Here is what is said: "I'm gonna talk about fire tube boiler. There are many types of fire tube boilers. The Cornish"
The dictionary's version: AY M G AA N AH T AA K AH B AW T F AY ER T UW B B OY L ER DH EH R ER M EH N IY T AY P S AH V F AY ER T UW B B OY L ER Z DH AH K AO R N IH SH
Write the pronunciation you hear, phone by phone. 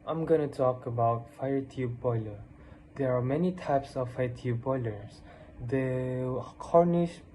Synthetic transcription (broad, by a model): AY M G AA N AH T AA K AH B AW T F AY ER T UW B B OY L ER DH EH R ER M EH N IY T AY P S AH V F AY ER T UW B B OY L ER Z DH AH K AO R N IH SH